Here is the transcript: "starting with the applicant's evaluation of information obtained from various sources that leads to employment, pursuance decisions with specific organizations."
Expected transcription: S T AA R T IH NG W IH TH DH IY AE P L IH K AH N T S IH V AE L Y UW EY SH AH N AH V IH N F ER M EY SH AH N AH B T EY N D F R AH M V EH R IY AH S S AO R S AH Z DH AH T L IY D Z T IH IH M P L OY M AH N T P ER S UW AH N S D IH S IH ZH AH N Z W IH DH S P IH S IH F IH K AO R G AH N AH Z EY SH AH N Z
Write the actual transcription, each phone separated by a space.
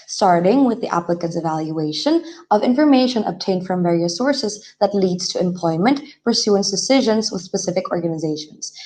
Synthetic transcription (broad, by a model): S T AA R T IH NG W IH DH IY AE P L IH K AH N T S IH V AE L Y UW EY SH AH N AH V IH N F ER M EY SH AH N AH B T EY N D F R AH M V EH R IY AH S S AO R S AH Z DH AH T L IY D Z T IH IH M P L OY M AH N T P ER S UW AH N S D IH S IH ZH AH N Z W IH DH S P IH S IH F IH K AO R G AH N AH Z EY SH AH N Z